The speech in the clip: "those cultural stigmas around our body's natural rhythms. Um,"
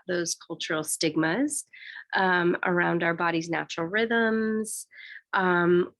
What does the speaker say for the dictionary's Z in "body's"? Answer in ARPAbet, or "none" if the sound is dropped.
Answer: Z